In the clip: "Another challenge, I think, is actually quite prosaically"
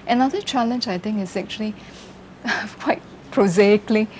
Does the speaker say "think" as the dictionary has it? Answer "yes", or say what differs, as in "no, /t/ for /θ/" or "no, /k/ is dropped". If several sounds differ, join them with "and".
no, /t/ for /θ/